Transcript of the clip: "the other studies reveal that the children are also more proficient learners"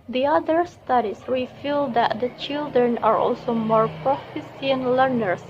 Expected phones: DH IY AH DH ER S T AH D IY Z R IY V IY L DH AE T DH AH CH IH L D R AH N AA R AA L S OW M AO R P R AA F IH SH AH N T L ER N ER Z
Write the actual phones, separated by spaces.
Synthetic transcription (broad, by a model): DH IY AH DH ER S T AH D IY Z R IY F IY L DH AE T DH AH CH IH L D R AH N AA R AA L S OW M AO R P R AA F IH S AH N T L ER N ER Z